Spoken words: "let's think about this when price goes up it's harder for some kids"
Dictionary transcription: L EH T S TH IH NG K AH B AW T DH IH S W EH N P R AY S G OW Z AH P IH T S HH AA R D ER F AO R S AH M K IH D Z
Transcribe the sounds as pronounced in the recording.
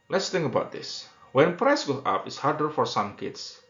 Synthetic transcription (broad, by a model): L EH T S T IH NG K AH B AW T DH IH S W EH N P R AY S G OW AA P IH T S HH AA R D ER F AO R S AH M K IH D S